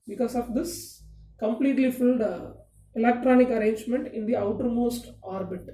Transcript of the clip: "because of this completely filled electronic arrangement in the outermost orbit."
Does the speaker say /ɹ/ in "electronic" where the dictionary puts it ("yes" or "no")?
yes